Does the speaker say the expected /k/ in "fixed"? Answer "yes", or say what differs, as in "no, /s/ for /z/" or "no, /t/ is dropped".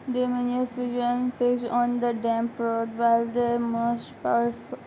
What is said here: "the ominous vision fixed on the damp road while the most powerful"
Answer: no, /k/ is dropped